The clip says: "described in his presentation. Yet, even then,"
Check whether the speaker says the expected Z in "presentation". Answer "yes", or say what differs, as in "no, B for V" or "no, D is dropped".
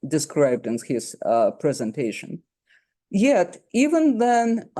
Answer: yes